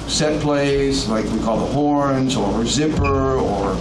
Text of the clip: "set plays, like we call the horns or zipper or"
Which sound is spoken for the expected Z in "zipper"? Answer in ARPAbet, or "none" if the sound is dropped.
Z